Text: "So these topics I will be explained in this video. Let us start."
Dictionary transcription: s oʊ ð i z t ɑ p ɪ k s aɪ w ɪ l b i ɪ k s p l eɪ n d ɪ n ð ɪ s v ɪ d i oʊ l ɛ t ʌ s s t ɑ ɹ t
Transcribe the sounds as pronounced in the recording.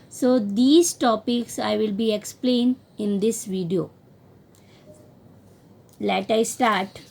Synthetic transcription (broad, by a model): s oʊ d i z t ɑ p ɪ k s aɪ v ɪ l b i ɪ k s p l eɪ n d ɪ n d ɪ s v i d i oʊ l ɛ t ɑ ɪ s t ɑ ɹ t